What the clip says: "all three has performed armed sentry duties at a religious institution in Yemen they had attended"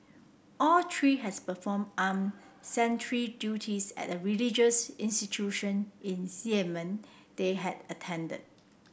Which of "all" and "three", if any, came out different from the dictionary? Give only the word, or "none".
three